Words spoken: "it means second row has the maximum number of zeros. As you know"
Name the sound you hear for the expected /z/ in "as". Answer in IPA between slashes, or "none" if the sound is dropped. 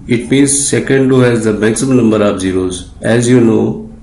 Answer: /z/